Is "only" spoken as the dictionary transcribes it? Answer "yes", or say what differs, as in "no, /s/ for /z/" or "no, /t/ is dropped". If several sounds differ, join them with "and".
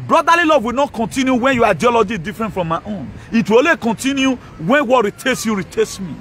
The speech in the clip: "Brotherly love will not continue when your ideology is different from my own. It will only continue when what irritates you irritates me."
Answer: no, /n/ is dropped